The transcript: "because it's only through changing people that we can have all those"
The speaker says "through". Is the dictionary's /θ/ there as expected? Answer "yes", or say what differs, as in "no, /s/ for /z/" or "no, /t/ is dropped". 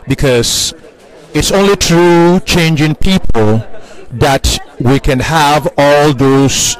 no, /t/ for /θ/